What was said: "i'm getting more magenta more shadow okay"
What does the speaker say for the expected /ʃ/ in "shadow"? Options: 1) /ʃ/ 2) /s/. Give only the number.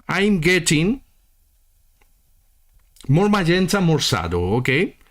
2